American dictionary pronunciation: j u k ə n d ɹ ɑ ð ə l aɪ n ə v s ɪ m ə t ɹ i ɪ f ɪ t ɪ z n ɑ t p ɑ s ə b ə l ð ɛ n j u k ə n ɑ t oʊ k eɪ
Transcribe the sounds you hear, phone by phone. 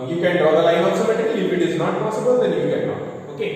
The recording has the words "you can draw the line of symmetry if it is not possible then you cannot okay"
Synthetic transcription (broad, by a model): j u k ə n d ɹ ɑ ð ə l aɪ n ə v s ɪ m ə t i ɪ f ɪ t ɪ z n ɑ t p ɑ s ə b ə l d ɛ n j u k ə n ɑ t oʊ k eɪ